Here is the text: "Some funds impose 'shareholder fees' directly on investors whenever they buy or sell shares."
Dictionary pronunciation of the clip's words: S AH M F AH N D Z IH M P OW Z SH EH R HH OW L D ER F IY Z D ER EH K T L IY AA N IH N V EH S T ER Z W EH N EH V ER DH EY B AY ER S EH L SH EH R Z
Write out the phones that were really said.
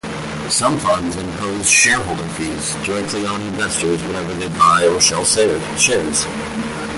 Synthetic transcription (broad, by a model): S AH M F AH N D Z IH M P OW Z SH EH R HH OW L D ER F IY Z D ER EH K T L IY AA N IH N V EH S T ER Z W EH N EH V ER DH EY B AY ER SH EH L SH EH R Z